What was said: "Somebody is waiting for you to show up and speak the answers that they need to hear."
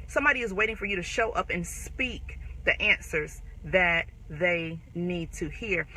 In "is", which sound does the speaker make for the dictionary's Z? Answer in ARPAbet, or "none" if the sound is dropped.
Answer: Z